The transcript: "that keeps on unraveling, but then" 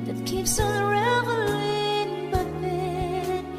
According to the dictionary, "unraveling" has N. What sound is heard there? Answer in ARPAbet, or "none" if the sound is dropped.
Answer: none